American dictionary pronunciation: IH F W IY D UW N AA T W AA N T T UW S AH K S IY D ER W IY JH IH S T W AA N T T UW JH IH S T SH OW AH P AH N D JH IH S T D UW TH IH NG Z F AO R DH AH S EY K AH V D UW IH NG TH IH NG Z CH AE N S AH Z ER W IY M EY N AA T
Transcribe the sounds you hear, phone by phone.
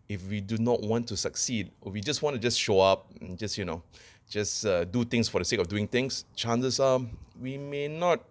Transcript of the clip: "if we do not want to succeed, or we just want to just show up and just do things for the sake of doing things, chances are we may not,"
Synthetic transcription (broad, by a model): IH F W IY D UW N AA T W AA N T T UW S AH K S IY D W IY JH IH S W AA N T T UW JH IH S SH OW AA P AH N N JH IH S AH D UW T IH NG S F AO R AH S EY K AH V D UW IH NG T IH NG S CH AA N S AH S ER W IY M EY N AA T